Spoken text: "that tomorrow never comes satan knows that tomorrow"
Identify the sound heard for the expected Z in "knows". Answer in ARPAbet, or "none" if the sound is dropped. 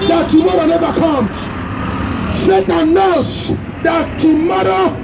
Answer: S